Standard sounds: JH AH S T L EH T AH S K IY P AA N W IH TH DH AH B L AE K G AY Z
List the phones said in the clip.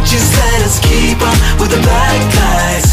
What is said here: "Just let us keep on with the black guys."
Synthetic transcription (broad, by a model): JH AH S T L EH T AH S K IY P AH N W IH DH AH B AE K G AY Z